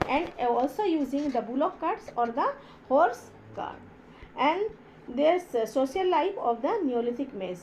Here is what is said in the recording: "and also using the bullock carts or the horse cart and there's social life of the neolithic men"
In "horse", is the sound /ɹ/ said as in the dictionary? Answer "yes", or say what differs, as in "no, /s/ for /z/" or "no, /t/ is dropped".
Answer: yes